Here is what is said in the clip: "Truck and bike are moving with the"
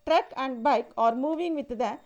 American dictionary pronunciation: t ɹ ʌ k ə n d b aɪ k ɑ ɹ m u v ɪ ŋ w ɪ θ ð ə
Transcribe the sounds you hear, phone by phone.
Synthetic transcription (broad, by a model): t ɹ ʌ k ə n d b aɪ k ɑ ɹ m u v ɪ ŋ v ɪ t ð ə